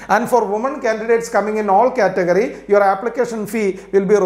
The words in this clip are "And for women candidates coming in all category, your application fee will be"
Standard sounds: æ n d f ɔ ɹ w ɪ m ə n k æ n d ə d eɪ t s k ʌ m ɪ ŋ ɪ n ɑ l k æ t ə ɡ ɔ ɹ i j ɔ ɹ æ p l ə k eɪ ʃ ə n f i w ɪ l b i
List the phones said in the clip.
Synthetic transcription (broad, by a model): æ n d f ɔ ɹ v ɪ m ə n k æ n d ə d eɪ t s k ʌ m ɪ ŋ ɪ n ɑ l k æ t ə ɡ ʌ ɹ i j ɔ ɹ æ p l ə k eɪ ʃ ə n f i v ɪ l b i